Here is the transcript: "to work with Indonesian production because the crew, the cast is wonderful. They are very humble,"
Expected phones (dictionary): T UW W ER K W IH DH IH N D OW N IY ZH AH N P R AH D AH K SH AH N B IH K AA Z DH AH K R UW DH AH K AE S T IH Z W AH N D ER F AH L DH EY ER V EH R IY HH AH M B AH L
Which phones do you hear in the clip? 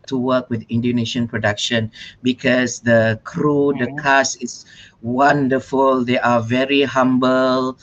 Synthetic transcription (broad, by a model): T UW W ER K W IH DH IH N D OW N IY SH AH N P R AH D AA K SH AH N B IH K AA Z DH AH K R UW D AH K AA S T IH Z W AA N D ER F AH L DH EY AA V EH R IY HH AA M B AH L